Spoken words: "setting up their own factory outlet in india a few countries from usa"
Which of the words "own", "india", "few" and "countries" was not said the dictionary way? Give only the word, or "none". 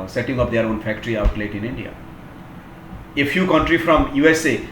countries